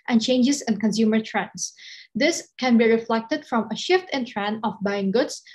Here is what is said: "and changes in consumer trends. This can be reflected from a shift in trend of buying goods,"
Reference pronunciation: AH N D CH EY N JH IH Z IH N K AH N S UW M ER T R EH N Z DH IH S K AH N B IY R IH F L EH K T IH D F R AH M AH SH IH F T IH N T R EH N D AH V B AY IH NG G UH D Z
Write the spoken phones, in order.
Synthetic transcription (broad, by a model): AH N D CH EY N JH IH S IH N K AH N S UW M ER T R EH N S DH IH S K AH N B IY R IH F L EH K T IH D F R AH M AH SH IH F T IH N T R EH N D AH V B AY IH NG G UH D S